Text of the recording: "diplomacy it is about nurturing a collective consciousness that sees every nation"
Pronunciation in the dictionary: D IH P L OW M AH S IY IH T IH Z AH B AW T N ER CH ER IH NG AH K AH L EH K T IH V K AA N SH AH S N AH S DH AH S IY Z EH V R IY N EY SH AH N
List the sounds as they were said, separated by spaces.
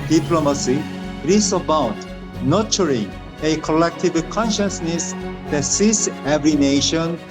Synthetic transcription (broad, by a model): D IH P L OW M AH S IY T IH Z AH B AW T N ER CH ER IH NG AH K AH L EH K T IH V K AA N SH AH S N AH S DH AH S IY S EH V R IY N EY SH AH N